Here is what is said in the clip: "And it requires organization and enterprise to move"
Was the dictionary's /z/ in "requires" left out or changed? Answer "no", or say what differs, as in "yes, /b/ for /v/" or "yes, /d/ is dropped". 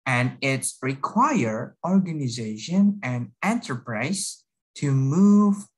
yes, /z/ is dropped